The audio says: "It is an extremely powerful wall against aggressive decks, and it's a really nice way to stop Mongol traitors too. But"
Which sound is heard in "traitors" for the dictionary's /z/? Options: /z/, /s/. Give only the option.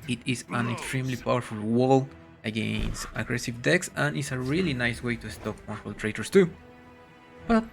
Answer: /s/